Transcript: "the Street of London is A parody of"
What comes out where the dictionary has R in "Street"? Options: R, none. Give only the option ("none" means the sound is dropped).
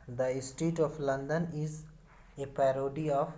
none